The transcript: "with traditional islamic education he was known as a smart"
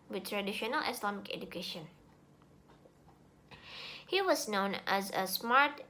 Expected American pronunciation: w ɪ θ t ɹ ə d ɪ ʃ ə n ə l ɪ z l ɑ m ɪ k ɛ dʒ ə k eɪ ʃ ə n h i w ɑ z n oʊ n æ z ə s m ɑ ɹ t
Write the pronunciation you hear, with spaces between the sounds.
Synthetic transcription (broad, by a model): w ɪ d t ɹ ə d ɪ ʃ ə n ə l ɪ s l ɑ m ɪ k ɛ dʒ ə k eɪ ʃ ə n h i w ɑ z n oʊ n æ z ə s m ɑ ɹ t